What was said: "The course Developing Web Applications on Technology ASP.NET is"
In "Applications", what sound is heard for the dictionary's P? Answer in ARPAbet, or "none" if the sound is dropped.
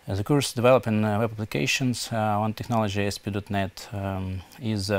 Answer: B